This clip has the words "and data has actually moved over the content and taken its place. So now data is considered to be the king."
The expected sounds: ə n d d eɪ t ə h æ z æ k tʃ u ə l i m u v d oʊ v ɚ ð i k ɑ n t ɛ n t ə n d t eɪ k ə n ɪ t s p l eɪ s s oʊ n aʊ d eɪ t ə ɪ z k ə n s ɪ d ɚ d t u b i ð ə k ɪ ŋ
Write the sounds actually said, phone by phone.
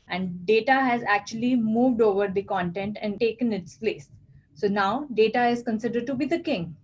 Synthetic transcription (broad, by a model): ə n d d eɪ t ə h æ z æ k tʃ u ə l i m u v d oʊ v ɚ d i k ɑ n t ɛ n t ə n d t eɪ k ə n ɪ t s p l eɪ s s oʊ n aʊ d eɪ t ə ɪ z k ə n s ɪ d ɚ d t u b i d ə k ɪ ŋ